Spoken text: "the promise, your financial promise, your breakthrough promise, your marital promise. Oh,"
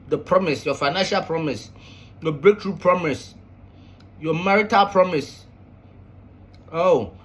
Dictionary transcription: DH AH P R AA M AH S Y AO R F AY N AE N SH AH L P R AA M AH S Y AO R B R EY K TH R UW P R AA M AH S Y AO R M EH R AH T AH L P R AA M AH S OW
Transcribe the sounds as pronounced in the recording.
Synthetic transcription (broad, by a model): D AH P R AA M AH S Y AO F AY N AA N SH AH L P R AA M AH S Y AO B R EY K T R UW P R AA M AH S Y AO M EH R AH T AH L P R AA M AH S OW